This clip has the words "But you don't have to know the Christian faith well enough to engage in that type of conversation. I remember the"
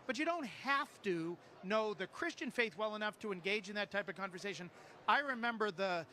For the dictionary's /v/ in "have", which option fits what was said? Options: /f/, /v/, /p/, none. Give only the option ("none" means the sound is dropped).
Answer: /f/